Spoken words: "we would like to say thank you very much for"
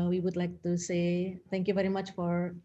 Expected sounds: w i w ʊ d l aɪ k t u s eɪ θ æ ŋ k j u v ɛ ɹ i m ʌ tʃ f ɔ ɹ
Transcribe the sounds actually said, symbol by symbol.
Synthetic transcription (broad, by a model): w i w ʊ d l aɪ k t u s eɪ t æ ŋ k j u v ɛ ɹ i m ʌ tʃ f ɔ ɹ